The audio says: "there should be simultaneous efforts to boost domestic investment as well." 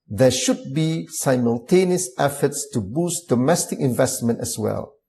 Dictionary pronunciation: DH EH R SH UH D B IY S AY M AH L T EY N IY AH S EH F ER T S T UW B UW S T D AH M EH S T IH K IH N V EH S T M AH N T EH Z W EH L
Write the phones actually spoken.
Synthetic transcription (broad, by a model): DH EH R SH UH D B IY S AY M AH L T EY N IY AH S EH F ER T S T UW B UW S T D AH M EH S T IH K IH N V EH S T M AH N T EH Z W EH L